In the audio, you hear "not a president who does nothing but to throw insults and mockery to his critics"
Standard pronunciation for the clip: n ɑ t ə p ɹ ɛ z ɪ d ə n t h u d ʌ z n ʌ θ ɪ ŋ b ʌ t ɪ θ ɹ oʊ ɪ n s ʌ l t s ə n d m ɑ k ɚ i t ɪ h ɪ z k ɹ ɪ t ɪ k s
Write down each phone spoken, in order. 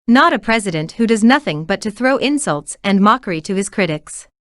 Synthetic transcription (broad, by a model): n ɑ t ə p ɹ ɛ z ɪ d ə n t h u d ʌ z n ʌ θ ɪ ŋ b ʌ t ɪ θ ɹ oʊ ɪ n s ʌ l t s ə n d m ɑ k ɚ i t ɪ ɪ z k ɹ ɪ t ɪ k s